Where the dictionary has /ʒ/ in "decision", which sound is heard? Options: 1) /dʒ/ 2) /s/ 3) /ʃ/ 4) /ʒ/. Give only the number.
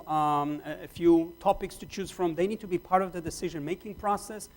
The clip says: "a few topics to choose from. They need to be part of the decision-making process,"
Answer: 4